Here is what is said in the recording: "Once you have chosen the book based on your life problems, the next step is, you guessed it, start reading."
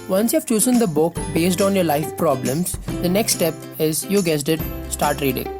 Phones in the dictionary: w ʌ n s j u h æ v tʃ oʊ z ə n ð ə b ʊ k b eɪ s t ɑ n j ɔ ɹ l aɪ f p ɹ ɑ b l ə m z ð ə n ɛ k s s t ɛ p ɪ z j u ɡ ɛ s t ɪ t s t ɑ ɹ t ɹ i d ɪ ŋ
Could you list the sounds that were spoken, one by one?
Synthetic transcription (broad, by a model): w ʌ n s j u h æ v tʃ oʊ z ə n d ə b ʊ k b eɪ s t ɑ n j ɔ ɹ l aɪ f p ɹ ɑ b l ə m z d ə n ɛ k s s t ɛ p ɪ z j u ɡ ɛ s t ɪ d s t ɑ ɹ t ɹ i d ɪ ŋ